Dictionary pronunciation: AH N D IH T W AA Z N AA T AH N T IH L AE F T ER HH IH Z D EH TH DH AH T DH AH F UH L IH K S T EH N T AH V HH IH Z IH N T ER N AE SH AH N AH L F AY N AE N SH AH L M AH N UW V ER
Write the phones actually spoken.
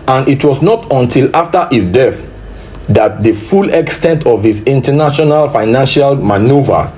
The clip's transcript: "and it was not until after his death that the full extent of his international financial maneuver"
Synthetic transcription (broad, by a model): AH N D IH T W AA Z N AA T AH N T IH L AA F T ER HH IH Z D EH TH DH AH T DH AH F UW L IH K S T EH N T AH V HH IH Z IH N T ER N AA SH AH N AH L F AY N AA N SH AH L M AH N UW V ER